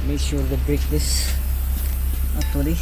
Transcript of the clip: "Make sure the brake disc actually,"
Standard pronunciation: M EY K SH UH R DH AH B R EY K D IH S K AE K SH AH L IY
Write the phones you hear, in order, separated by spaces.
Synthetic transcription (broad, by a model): M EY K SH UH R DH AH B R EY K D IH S AA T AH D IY